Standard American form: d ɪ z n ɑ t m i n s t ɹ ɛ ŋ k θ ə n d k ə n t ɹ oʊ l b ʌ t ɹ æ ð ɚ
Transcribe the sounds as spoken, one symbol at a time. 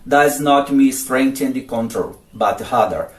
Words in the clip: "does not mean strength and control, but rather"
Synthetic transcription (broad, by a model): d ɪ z n ɑ t m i s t ɹ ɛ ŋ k t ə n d k ə n t ɹ oʊ l b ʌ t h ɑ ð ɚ